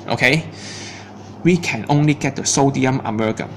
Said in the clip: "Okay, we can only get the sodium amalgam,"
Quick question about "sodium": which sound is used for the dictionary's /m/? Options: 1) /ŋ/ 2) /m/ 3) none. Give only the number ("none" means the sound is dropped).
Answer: 2